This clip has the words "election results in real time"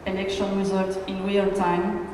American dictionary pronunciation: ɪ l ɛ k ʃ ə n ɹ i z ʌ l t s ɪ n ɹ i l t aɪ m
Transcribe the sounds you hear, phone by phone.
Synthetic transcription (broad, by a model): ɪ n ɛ k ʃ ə n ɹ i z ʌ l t ɪ n w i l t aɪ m